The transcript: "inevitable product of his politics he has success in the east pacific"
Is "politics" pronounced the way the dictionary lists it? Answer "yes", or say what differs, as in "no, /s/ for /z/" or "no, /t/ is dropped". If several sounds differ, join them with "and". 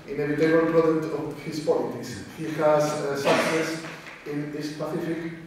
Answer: no, /k/ is dropped